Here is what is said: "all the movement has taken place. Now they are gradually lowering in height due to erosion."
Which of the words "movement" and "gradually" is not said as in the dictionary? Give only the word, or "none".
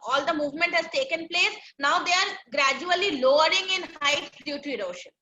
none